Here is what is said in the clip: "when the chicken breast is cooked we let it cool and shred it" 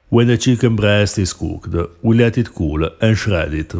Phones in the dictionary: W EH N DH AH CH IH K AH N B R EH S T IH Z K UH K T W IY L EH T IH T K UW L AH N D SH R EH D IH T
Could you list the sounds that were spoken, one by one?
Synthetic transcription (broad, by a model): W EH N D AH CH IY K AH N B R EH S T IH S K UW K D W IY L EH T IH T K UW L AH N SH R EH D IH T